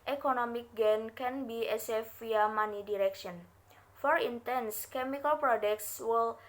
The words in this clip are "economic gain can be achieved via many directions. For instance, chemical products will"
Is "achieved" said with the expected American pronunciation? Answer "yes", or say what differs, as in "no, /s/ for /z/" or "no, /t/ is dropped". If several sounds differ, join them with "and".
no, /s/ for /tʃ/